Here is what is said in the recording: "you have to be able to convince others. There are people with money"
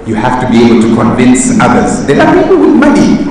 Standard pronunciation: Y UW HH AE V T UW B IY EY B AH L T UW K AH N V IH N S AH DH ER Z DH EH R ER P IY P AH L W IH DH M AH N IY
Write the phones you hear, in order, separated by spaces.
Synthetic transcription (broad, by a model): Y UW HH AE F T UW B IY EY B AH L T UW K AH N V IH N S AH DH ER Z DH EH L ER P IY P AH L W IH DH M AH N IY